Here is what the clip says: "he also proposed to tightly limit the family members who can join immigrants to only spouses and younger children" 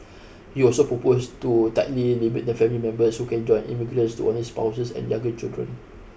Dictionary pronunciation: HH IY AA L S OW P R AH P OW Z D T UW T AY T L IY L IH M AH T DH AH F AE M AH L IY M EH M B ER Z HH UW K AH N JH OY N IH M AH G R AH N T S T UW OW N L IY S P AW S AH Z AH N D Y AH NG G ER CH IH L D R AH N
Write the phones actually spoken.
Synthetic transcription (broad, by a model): HH IY AA L S OW P R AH P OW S T UW T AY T L IY L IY M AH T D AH F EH M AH L IY M EH M B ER S HH UW K AH N JH OY N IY M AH G R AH N S T UW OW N IY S P AW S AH S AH N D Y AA G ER CH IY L D R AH N